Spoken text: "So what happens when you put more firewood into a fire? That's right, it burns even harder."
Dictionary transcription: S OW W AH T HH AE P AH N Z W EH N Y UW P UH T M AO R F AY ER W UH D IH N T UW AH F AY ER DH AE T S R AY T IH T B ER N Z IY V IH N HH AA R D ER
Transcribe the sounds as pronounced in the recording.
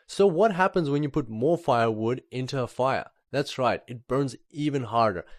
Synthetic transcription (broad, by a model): S OW W AH T HH AE P AH N Z W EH N Y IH P UH T M AO R F AY ER W UH D IH N T UW AH F AY ER DH AE T S R AY T IH T B ER N Z IY V IH N HH AA R D ER